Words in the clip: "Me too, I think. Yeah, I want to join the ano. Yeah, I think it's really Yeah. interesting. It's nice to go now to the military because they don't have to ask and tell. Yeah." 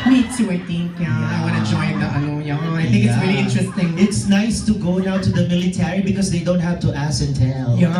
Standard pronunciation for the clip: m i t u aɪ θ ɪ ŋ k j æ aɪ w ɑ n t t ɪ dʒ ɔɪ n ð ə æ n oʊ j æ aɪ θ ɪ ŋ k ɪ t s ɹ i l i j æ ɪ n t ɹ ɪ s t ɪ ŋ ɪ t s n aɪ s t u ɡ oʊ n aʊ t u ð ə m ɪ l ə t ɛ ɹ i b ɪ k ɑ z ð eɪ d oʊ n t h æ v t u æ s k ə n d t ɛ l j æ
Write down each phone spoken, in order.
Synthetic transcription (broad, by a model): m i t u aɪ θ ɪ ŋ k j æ aɪ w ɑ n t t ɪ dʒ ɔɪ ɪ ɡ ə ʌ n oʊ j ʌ aɪ θ ɪ ŋ k ɪ t s ɹ i l i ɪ n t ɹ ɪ s t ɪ ŋ ɪ t s n aɪ s t u ɡ oʊ n aʊ t u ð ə m ɪ l ə t ɛ ɹ i b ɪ k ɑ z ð eɪ d oʊ n t h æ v t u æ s ə n t ɛ l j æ